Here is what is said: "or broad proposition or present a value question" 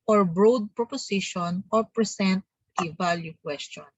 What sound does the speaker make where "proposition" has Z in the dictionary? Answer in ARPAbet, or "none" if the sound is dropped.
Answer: S